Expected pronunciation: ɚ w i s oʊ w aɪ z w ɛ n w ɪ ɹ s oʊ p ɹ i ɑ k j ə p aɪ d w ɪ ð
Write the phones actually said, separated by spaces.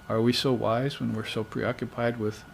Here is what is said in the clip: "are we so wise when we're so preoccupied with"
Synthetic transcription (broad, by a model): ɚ w i s oʊ w aɪ z w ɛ n w ɪ ɹ s oʊ p ɹ i ɑ k j ə p aɪ d w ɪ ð